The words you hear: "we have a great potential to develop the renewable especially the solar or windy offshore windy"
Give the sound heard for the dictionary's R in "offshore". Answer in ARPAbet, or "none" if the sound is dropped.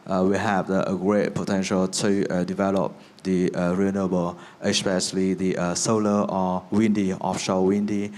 L